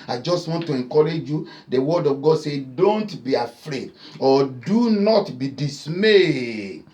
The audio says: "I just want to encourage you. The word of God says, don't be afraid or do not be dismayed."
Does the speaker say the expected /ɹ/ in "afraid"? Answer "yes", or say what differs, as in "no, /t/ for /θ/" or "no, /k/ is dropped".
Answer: yes